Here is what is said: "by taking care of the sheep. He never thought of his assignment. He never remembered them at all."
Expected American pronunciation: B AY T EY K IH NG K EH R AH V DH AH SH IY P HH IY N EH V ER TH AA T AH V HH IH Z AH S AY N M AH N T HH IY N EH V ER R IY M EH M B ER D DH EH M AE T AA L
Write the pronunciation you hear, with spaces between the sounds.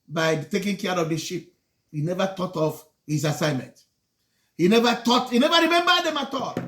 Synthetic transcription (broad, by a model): B AY T EY K IH NG K EH R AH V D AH SH IY P HH IY N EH V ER T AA T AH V HH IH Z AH S AY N M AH N T HH IY N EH V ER R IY M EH M B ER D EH M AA T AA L